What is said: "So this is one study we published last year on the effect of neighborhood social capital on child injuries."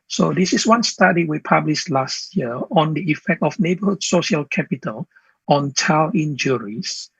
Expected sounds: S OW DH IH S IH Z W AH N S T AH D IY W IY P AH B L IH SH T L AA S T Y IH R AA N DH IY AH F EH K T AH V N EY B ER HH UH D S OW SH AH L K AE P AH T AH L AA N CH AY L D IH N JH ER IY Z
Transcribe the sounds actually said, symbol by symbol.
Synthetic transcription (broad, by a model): S OW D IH S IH S W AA N S T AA D IY W IY P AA B L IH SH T L AA S T Y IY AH AA N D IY AH F EH K T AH F N EY B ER HH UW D S OW SH AH L K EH P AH T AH L AA N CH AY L IH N JH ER IY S